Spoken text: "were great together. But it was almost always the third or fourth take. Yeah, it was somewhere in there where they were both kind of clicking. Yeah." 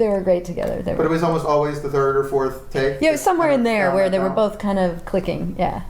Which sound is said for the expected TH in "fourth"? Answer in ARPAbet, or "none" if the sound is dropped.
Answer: TH